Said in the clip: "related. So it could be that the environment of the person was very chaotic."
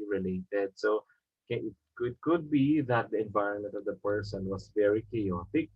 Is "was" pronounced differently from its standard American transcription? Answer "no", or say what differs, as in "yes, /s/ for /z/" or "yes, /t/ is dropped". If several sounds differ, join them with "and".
yes, /s/ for /z/